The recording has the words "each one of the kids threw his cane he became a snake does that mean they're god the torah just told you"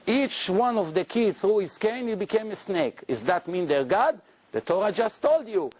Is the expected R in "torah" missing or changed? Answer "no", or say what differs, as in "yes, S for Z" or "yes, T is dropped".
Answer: no